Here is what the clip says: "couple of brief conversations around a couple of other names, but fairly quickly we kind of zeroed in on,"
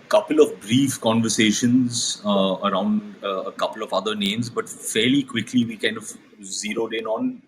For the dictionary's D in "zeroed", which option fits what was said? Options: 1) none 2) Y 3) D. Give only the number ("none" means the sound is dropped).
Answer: 3